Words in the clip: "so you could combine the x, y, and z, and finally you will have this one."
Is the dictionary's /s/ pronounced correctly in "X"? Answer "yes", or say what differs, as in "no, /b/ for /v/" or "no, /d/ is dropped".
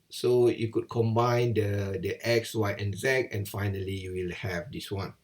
yes